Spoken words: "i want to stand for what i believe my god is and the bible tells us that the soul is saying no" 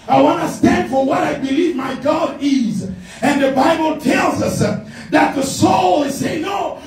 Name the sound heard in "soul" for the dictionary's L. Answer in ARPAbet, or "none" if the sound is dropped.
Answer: L